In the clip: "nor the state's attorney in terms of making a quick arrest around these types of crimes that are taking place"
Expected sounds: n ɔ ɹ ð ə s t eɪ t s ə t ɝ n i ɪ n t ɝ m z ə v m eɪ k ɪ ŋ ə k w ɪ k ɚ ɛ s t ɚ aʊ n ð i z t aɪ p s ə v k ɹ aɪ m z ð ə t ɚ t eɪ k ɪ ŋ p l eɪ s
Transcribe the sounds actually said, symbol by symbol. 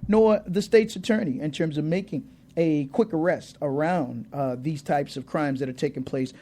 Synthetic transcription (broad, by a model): n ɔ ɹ ð ə s t eɪ t s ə t ɝ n i ɪ n t ɝ m z ə v m eɪ k ɪ ŋ ə k w ɪ k ɚ ɛ s t ɚ aʊ n ð i z t aɪ p s ə v k ɹ aɪ m z ð ə t ɚ t eɪ k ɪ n p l eɪ s